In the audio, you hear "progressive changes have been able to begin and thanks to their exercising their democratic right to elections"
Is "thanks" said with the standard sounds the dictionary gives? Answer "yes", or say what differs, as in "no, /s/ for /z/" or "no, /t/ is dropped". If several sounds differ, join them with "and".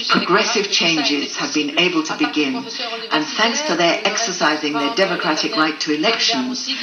yes